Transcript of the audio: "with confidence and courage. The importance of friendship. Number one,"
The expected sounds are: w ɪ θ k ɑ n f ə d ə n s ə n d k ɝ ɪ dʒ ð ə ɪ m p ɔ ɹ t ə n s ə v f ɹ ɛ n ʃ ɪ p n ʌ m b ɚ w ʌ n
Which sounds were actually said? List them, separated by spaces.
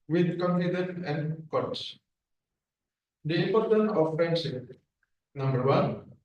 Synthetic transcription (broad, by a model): w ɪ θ k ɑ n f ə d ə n ə n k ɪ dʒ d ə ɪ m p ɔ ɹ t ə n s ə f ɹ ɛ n s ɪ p n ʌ m b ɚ w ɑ n